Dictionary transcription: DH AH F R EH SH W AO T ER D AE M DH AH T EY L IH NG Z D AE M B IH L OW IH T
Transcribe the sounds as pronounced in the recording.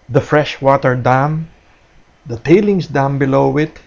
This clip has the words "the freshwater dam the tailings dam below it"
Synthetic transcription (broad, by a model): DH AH F R EH SH W AO T ER D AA M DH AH T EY L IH NG S D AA M B IH L OW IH T